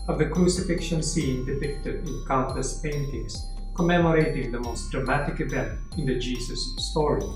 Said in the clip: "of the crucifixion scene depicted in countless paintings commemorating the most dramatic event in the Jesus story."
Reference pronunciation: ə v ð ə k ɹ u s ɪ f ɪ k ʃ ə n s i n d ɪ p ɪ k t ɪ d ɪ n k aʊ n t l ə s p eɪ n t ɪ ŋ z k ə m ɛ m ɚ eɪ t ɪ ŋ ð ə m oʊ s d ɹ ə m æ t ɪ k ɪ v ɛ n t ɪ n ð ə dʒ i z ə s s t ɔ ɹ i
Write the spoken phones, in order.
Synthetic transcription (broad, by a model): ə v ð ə k ɹ u s ɪ f ɪ k ʃ ə n s i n d ɪ p ɪ k t ɪ d ɪ n k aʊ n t ə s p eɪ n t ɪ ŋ s k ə m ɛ m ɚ eɪ t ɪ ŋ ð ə m oʊ s d ɹ ə m æ t ɪ k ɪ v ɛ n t ɪ n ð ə dʒ i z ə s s t ɔ ɹ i